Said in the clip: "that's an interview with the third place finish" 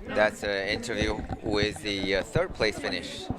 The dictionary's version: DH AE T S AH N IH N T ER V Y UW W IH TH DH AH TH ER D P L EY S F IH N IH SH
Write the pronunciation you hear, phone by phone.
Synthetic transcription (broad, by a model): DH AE T S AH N IH N T ER V Y UW W IH DH AH TH ER D P L EY S F IH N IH SH